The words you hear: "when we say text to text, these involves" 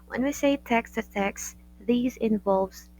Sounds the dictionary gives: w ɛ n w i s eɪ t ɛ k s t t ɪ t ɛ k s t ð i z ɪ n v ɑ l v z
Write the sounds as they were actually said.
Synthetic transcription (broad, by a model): w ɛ n w i s eɪ t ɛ k s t t ɪ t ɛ k s ð i z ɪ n v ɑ l v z